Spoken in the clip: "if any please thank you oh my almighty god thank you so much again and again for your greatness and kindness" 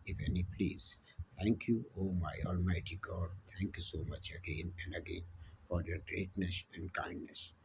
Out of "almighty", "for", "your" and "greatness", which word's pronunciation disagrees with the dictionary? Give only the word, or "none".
none